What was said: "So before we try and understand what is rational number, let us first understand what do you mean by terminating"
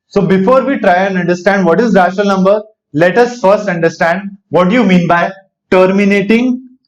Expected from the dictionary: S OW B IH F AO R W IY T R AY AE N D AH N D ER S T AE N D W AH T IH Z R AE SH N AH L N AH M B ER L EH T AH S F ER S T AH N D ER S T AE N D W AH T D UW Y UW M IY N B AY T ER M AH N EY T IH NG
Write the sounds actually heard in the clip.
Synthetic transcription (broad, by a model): S OW B IH F AO R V IY T R AY AE N D AH N D ER S T AE N D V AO T IH Z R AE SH AH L N AH M B ER L EH T AH S F ER S T AH N D ER S T AE N D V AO T D UW Y UW M IY N B AY T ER M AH N EY T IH NG